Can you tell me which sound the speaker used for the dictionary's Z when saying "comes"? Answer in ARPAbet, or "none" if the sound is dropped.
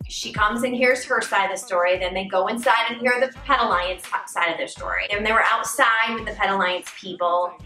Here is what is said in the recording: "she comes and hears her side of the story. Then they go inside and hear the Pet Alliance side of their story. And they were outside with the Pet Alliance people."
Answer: Z